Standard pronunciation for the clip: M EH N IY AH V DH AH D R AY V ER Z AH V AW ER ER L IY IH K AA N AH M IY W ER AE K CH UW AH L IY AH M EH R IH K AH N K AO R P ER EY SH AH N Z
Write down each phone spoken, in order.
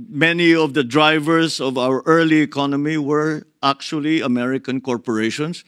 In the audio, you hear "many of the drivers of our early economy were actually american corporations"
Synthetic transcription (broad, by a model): M EH N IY AH V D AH D R AY V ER S AH V AW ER ER L IY IH K AA N AH M IY W ER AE K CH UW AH L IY AH M EH R IH K AH N K AO R P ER EY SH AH N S